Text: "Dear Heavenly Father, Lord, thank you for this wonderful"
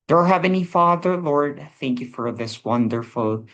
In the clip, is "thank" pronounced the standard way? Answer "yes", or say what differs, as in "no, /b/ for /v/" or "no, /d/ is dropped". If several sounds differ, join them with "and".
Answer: yes